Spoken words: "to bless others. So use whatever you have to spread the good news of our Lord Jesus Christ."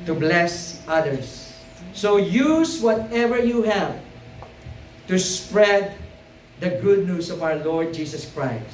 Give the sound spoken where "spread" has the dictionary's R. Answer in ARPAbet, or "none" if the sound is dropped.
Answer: R